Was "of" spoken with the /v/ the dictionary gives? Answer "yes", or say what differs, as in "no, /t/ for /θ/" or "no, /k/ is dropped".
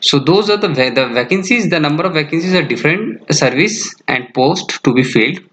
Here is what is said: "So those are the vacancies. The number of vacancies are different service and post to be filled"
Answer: yes